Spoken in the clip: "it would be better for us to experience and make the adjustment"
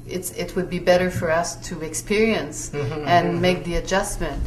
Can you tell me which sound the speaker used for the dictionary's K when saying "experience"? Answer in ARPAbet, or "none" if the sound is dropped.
K